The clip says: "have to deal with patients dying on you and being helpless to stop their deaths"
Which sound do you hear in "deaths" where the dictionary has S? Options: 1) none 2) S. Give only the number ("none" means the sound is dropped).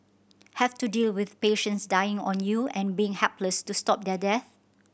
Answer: 1